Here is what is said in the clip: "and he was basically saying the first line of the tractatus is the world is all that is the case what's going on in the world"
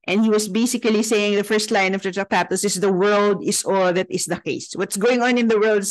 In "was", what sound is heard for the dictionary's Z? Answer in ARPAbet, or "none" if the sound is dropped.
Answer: S